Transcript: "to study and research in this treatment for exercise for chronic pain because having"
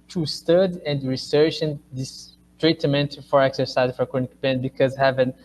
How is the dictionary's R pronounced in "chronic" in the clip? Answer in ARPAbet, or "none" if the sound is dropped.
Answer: none